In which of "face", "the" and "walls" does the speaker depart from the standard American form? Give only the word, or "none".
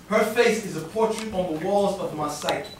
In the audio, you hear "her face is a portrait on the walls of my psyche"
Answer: none